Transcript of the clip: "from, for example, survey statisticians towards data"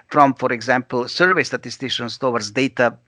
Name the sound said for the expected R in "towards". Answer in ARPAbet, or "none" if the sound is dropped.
W